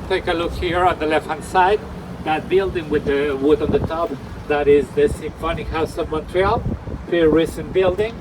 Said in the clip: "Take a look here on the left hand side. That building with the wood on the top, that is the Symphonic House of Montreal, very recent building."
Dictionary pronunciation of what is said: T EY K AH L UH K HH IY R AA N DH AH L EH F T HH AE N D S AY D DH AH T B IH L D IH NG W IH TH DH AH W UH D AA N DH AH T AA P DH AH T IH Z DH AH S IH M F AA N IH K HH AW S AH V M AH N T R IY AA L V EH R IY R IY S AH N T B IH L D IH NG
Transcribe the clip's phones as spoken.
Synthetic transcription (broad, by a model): T EY K AH L UH K HH IY R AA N DH AH L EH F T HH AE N S AY D DH AH T B IH L D IH NG W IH DH AH W UH D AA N DH AH T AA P DH AH T IH Z DH AH S IH M F AA N IH K HH AW S AH V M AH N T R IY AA L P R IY R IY S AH N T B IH L D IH NG